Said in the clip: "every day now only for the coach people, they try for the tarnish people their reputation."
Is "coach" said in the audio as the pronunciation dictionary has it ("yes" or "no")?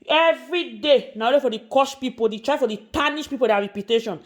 no